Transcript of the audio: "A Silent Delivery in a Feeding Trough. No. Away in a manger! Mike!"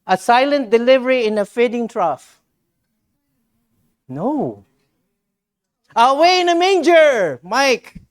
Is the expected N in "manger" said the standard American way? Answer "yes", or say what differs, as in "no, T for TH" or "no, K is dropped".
yes